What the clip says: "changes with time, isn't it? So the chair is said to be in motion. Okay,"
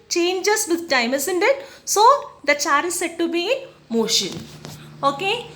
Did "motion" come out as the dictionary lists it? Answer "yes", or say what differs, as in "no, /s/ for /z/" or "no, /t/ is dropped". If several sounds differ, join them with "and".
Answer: yes